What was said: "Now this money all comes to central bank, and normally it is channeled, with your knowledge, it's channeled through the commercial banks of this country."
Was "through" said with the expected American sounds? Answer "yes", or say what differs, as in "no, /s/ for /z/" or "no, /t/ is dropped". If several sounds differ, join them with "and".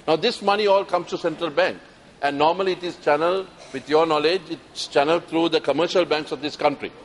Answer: no, /t/ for /θ/